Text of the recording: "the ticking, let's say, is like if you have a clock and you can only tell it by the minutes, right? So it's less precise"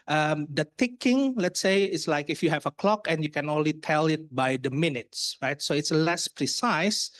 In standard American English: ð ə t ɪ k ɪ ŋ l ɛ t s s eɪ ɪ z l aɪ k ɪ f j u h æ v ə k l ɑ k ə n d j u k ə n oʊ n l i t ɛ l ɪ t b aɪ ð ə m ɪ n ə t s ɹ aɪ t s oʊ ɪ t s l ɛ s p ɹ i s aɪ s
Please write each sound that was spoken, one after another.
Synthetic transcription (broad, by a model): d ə t ɪ k ɪ ŋ l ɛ t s s eɪ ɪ s l aɪ k ɪ f j u h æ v ə k l ɑ k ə n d j u k ə n oʊ n l i t ɛ l ɪ t b aɪ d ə m ɪ n ə t s ɹ aɪ t s oʊ ɪ t s l ɛ s p ɹ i s aɪ s